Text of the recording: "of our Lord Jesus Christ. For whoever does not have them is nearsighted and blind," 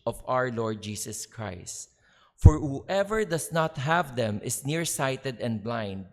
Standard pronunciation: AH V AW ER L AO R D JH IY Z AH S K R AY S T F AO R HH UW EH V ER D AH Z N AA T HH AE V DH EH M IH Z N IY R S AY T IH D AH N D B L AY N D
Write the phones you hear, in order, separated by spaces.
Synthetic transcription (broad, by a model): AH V AW ER L AO R D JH IY S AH S K R AY S T F AO R HH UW EH V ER D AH S N AA T HH AE V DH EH M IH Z N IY R S AY T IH D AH N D B L AY N D